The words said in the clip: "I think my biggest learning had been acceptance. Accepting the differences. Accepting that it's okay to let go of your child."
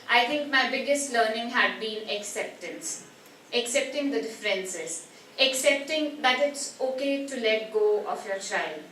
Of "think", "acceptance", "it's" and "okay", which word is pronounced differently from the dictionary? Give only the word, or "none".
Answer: think